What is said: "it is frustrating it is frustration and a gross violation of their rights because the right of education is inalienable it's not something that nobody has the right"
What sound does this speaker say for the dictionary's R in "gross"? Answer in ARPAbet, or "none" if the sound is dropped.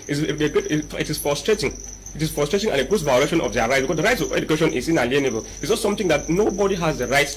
none